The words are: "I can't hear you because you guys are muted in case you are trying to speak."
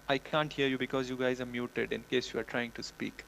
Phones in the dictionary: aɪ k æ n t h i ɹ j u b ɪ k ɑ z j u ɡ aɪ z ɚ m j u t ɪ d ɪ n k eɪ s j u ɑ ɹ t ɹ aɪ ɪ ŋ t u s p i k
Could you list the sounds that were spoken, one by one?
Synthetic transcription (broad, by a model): aɪ k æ n t h i ɹ j u b ɪ k ɑ z j u ɡ aɪ z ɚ m j u t ɪ d ɪ n k eɪ s j u ɑ ɹ t ɹ aɪ ɪ ŋ t u s p i k